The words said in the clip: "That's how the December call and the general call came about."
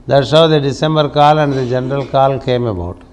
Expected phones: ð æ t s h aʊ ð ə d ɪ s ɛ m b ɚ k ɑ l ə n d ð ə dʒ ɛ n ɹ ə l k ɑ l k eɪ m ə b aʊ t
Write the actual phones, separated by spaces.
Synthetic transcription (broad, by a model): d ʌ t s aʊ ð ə d ɪ s ɛ m b ɚ k ɑ l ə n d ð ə dʒ ɛ n ɹ ə l k ɑ l k eɪ m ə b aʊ t